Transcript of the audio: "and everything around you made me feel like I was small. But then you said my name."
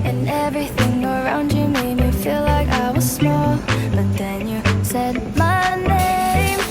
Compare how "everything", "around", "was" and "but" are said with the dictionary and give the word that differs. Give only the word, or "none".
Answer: none